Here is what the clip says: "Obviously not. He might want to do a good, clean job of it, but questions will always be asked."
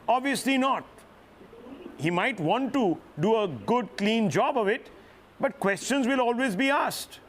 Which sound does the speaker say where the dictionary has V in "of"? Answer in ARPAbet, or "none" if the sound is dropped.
V